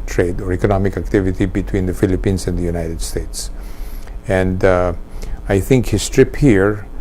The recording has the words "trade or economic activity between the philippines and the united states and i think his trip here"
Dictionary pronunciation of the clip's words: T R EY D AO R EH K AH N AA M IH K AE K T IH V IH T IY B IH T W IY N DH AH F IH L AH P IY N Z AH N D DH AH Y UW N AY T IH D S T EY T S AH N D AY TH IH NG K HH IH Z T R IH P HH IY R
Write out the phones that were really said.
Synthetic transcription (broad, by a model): T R EY D AO R EH K AH N AA M IH K AE K T IH V IH T IY B IH T W IY N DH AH F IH L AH P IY N S AH N D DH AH Y UW N AY T IH D S T EY T S AH N D AY TH IH NG K HH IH S T R IH P HH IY R